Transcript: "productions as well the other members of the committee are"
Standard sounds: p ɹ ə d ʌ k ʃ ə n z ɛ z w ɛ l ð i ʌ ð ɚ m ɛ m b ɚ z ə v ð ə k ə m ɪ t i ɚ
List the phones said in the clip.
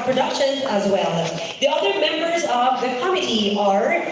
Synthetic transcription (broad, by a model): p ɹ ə d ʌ k ʃ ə n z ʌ z w ɛ l ð i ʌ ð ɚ m ɛ m b ɚ z ə v ð ə k ə m ɪ t i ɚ